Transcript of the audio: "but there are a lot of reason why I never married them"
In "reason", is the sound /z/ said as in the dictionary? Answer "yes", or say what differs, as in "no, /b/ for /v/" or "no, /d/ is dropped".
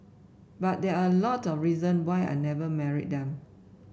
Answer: yes